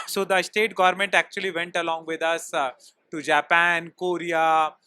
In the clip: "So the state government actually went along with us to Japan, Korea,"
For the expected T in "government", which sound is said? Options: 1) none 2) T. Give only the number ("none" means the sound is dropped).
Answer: 2